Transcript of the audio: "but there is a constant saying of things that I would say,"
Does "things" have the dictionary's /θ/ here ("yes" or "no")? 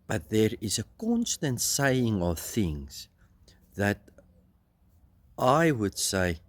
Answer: yes